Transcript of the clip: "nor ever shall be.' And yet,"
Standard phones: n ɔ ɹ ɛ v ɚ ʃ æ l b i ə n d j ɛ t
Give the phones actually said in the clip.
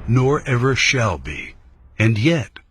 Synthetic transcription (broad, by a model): n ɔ ɹ ɛ v ɚ ʃ æ l b i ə n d j ɛ t